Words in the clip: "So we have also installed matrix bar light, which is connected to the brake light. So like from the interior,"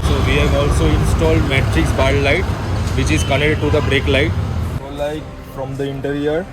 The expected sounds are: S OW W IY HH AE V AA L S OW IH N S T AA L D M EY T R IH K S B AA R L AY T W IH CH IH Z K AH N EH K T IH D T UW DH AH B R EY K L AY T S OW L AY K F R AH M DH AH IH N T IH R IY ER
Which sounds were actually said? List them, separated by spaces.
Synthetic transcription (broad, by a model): S OW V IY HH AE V AA L S OW IH N S T AA L D M EY T R IH K S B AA L L AY T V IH CH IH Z K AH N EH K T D T UW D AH B R EY K L AY T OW L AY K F R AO M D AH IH N T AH R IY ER